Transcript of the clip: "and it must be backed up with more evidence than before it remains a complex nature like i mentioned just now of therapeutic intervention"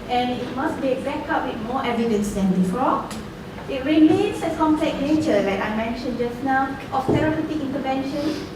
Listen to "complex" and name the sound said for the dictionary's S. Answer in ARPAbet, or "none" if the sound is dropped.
none